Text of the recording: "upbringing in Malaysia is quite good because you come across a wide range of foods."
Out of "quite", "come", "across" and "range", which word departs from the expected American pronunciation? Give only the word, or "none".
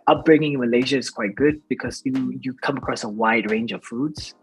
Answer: none